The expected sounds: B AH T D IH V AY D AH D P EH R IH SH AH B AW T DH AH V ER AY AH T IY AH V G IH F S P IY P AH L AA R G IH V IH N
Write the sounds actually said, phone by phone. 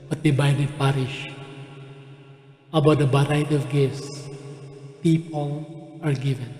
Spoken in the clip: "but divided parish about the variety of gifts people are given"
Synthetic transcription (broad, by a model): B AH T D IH B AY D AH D P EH R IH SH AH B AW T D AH B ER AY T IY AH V G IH S P IY P AH L AA R G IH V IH N